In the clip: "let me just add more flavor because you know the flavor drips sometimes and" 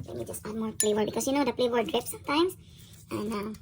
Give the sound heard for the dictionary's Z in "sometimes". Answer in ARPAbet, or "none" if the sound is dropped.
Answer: S